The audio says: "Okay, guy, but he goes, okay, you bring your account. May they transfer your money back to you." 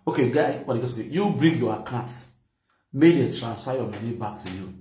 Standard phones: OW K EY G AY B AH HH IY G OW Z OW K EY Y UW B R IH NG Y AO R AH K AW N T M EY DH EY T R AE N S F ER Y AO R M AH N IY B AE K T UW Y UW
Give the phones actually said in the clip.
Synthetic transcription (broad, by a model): OW K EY G AY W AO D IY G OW S OW K EY Y UW B R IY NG Y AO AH K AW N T M EY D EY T R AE N S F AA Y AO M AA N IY B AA K T UW Y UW